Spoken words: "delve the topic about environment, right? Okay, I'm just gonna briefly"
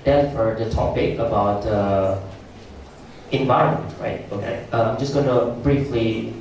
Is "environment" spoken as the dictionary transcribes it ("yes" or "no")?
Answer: yes